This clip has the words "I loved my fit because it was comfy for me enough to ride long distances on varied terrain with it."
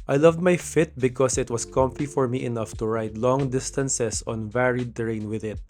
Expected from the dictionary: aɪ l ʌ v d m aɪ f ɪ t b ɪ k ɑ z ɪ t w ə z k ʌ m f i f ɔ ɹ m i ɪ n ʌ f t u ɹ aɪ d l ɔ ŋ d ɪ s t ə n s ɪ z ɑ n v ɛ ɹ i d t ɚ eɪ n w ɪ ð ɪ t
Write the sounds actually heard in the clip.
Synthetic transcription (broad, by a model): aɪ l ʌ v d m aɪ f ɪ t b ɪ k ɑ s ɪ t w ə s k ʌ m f i f ɔ ɹ m i ɪ n ʌ f t u ɹ aɪ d l ɔ ŋ d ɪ s t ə n s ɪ s ɑ n v ɛ ɹ i d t eɪ n w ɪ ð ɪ t